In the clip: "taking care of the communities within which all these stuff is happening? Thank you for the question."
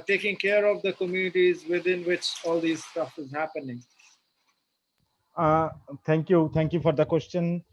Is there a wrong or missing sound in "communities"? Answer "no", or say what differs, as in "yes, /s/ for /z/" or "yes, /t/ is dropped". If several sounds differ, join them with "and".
no